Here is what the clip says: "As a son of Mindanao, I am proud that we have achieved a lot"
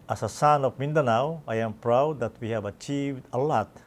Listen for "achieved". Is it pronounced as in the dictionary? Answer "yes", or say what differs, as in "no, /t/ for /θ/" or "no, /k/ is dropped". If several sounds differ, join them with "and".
yes